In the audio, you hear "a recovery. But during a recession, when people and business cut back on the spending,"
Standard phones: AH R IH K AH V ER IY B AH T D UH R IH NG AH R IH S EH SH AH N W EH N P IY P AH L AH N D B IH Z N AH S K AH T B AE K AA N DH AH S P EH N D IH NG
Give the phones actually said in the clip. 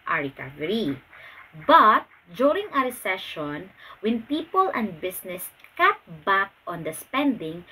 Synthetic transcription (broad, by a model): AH R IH K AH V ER IY B AH T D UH R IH NG AH R IH S EH SH AH N W EH N P IY P AH L AH N D B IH S N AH S K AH T B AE K AA N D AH S P EH N D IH NG